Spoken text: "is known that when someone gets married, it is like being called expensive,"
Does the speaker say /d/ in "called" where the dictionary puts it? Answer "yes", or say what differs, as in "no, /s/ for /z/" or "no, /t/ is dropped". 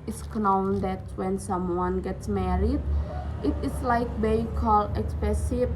no, /d/ is dropped